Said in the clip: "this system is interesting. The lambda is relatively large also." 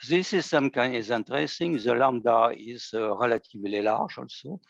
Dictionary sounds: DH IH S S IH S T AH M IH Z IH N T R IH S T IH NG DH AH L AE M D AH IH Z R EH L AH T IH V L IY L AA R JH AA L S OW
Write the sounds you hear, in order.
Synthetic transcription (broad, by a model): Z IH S S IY S T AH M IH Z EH N T R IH S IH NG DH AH L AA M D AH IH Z R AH L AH T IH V L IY L AA R ZH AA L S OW